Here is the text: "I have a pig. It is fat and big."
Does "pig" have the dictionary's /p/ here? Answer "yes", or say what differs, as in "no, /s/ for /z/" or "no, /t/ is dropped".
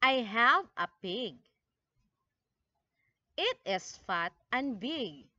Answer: yes